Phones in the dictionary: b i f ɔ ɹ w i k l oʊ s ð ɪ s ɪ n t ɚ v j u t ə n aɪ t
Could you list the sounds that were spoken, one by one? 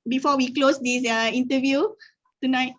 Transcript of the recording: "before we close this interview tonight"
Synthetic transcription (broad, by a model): b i f ɔ w i k l oʊ s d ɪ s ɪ n t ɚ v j u t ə n aɪ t